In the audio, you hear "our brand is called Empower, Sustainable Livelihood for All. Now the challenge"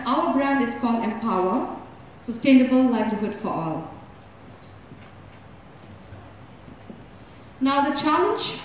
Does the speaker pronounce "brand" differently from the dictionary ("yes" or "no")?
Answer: no